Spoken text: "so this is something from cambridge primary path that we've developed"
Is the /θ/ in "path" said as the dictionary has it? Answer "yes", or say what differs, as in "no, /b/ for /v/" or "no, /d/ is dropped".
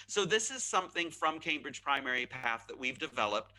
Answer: yes